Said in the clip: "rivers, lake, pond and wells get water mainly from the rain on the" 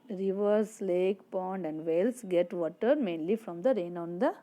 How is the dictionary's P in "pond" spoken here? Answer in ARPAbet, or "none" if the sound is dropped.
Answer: P